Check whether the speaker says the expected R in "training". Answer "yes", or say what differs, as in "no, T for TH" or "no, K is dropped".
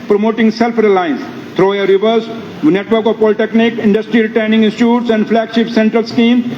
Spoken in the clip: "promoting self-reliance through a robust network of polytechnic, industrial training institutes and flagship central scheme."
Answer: no, R is dropped